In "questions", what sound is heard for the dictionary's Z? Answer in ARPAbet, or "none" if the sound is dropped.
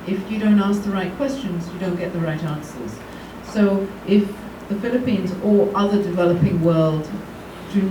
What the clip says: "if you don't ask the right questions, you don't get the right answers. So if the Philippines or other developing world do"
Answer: Z